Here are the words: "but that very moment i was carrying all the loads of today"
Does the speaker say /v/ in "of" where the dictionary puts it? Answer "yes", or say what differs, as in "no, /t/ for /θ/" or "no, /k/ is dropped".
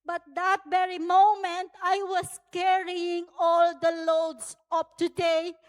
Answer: no, /p/ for /v/